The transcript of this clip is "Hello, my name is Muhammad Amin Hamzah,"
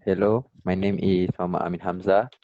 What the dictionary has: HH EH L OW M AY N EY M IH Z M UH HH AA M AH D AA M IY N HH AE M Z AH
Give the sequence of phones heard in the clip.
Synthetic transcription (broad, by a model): HH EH L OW M AY N EY M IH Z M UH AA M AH AA M IY N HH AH M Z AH